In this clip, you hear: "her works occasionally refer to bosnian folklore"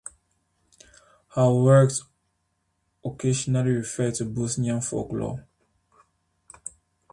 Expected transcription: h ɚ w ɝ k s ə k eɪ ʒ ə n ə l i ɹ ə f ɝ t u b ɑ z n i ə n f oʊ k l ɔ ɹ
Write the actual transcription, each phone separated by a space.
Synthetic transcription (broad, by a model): h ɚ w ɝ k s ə k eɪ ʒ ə n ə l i ɹ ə f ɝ t u b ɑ s n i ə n f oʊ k l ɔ